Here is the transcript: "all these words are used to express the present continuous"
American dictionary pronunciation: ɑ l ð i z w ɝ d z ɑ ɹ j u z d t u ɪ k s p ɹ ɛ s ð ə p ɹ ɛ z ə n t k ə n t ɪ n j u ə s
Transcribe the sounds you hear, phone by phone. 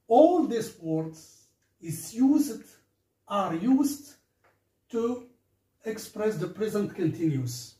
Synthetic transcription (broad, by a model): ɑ l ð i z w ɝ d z ɑ ɹ j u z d t u ɪ k s p ɹ ɛ s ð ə p ɹ ɛ z ə n t k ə n t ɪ n j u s